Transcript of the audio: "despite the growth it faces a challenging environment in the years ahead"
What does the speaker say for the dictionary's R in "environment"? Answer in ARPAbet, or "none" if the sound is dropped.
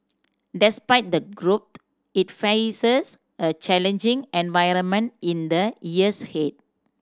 R